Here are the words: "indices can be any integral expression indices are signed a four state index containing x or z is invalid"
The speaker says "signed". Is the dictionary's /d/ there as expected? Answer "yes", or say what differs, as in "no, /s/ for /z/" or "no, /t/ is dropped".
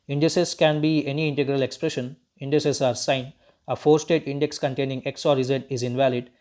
no, /d/ is dropped